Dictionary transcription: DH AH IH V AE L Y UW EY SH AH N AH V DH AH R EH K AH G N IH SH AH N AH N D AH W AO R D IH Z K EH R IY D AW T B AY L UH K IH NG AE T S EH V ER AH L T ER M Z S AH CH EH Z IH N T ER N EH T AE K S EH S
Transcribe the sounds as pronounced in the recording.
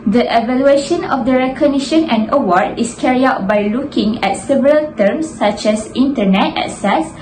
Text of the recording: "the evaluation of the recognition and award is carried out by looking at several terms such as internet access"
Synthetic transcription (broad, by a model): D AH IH V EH L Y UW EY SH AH N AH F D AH R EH K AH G N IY SH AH N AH N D AH W AO R D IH S K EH R IY AW T B AY L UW K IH NG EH T S EH V ER AH L T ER M S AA CH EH S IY N T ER N EH T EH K S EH S